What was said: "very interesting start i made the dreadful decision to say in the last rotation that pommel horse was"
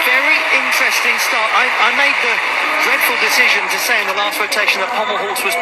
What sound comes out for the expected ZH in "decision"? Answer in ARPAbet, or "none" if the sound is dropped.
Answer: ZH